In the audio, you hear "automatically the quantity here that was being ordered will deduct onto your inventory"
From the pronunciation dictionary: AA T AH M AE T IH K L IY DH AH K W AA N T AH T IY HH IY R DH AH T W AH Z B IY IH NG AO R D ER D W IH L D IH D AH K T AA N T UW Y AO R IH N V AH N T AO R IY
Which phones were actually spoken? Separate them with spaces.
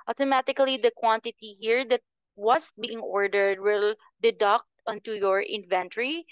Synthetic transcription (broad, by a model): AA T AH M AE T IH K L IY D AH K W AA N T AH T IY HH IY R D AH T W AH S B IY IH NG AO R D ER D W IH L D IH D AH K T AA N T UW Y AO R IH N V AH N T R IY